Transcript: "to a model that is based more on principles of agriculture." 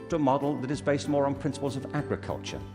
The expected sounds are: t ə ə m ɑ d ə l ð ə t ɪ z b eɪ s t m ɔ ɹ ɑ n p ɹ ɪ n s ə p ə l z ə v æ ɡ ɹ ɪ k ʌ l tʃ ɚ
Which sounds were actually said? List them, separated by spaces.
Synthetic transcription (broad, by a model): t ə ə m ɑ d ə l ð ə t ɪ z b eɪ s t m ɔ ɹ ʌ n p ɹ ɪ n s ə p ə l z ə v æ ɡ ɹ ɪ k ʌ l tʃ ɚ